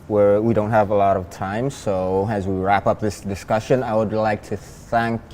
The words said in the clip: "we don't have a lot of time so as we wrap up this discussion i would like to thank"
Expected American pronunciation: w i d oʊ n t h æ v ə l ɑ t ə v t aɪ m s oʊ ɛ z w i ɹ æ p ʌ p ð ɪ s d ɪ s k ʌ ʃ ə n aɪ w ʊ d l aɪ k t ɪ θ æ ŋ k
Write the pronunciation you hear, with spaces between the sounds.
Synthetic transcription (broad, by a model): w i d oʊ n t h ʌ v ə l ɑ t ə v t aɪ m s oʊ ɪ z w i ɹ æ p ʌ p ð ɪ s d ɪ s k ʌ ʃ ə n aɪ w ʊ d l aɪ k t ɪ θ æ ŋ k